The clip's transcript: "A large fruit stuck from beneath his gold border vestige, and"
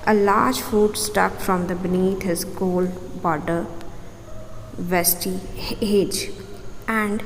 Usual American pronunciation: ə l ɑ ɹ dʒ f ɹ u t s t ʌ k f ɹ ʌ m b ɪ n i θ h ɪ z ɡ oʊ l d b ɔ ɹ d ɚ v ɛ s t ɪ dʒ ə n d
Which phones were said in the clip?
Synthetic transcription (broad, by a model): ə l ɑ ɹ dʒ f u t s t ʌ k f ɹ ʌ m b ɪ n i t h ɪ z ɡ oʊ l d b ɔ ɹ d ɚ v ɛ s t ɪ dʒ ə n d